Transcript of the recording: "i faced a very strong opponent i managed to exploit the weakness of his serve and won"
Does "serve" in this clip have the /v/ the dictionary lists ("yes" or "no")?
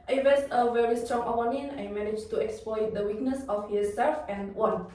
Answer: no